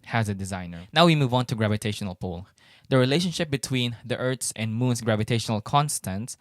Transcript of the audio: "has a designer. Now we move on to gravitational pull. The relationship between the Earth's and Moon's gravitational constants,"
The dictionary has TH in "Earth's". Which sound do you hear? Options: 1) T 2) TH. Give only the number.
1